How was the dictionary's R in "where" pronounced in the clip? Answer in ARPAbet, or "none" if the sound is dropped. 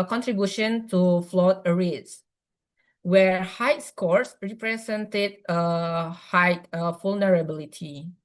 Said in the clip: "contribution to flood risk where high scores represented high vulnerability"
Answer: R